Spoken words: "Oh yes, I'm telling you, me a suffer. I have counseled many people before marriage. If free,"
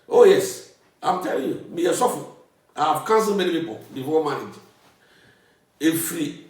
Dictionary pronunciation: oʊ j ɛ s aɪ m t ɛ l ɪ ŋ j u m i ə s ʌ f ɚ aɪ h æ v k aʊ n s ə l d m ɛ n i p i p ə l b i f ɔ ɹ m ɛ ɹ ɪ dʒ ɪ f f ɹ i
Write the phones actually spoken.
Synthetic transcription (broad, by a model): oʊ j ɛ s aɪ m t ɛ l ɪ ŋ j u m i ə s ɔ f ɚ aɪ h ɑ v k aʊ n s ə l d m ɛ n i p i p ə l b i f ɔ m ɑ ɪ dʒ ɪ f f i